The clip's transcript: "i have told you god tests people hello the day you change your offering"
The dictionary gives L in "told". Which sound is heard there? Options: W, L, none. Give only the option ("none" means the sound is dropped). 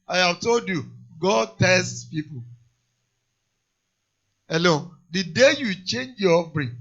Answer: L